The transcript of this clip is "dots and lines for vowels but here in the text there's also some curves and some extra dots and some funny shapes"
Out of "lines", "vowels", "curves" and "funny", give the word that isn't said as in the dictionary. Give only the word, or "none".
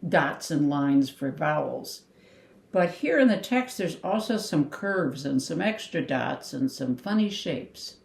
none